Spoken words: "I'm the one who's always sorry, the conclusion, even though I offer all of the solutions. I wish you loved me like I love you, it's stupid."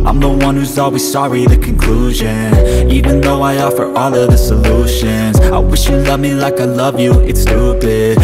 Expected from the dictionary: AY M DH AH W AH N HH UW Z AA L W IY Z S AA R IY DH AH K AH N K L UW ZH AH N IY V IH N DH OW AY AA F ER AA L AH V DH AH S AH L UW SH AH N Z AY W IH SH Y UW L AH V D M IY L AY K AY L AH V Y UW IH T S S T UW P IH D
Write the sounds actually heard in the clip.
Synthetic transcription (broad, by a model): AY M DH AH W AH N HH UW Z AA L W IY Z S AA R IY DH AH K AH N K L UW ZH AH N IY V IH N DH OW AY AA F ER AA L AH V DH AH S AH L UW SH AH N Z AY W IH SH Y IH L AH V M IY L AY K AY L AH V Y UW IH T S S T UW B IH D